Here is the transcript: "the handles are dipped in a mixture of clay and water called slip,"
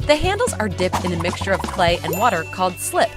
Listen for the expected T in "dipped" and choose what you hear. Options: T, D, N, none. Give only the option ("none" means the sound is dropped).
T